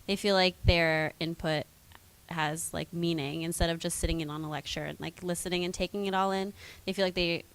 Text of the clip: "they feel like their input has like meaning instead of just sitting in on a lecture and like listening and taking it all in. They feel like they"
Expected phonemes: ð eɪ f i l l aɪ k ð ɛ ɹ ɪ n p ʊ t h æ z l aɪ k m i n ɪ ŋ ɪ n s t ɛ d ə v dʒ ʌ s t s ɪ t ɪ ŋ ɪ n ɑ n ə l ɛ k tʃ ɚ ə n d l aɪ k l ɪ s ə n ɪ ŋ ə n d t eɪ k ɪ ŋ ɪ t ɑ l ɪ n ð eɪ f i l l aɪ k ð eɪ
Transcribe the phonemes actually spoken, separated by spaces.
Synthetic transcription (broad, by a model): ð eɪ f i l l aɪ k ð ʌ ɹ ɪ n p ʊ t h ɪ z l aɪ k m i n ɪ ŋ ɪ n s t ɛ d ə v dʒ ʌ s t s ɪ t ɪ ŋ ɪ n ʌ n ə l ɛ k tʃ ɚ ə n l aɪ k l ɪ s ə n ɪ ŋ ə n t eɪ k ɪ ŋ ɪ t ɑ l ɪ n ð eɪ f i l l aɪ k ð eɪ